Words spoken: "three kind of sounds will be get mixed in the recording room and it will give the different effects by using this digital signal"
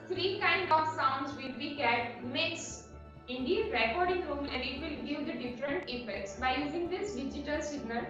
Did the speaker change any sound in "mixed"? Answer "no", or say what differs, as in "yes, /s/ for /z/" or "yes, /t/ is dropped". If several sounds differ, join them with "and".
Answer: yes, /t/ is dropped